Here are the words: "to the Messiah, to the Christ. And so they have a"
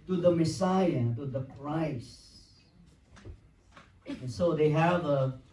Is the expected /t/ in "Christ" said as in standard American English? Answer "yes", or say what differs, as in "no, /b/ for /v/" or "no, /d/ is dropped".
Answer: no, /t/ is dropped